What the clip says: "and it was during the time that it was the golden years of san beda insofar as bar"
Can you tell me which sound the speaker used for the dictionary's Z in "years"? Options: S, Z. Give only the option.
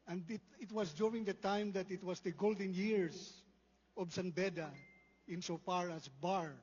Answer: S